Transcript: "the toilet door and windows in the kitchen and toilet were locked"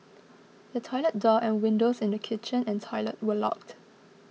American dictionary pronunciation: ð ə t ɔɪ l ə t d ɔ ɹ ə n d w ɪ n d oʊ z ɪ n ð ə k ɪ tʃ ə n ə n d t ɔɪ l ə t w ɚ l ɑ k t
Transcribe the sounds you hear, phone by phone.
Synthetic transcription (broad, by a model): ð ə t ɔɪ l ə t d ɔ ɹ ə n w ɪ n d oʊ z ɪ n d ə k ɪ tʃ ə n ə n t ɔɪ l ə t w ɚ l ɑ k t